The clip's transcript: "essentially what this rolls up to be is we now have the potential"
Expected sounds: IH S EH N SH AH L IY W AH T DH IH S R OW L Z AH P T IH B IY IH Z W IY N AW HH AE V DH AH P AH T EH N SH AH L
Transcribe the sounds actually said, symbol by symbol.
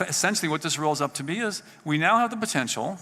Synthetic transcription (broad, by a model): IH S EH N SH L IY W AH T DH IH S R OW L Z AH P T IH B IY IH Z W IY N AW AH V DH AH P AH T EH N SH L